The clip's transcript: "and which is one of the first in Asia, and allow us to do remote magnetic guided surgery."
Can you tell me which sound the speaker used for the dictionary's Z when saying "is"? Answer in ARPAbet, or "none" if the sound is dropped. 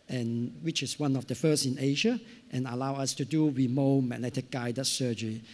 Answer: S